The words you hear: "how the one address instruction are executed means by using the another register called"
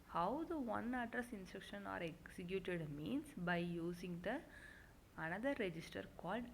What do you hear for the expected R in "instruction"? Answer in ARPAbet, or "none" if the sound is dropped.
R